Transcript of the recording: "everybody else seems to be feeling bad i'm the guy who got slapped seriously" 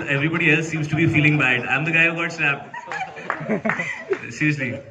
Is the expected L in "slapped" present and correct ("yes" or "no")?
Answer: no